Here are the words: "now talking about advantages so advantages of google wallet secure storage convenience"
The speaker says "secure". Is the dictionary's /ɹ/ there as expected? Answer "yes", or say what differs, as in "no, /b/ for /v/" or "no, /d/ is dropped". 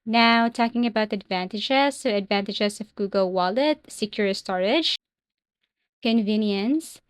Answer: yes